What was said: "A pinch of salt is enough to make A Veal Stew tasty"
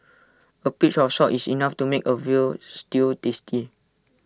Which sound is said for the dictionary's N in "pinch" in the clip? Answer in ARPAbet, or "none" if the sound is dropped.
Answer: none